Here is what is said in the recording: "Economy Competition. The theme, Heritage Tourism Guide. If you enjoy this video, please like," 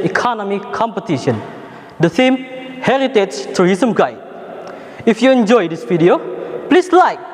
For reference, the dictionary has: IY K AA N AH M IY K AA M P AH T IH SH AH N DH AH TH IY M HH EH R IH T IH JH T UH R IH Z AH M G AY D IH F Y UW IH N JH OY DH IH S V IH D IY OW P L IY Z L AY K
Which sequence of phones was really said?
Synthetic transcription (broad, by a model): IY K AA N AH M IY K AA M P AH T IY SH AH N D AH S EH M HH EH R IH T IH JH T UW R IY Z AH M G AY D IH F Y UW IH N JH OY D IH S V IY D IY OW P L IY S L AY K